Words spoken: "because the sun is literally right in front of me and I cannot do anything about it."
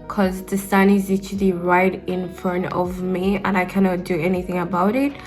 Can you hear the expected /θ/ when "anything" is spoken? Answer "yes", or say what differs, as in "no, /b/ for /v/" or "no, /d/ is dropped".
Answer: yes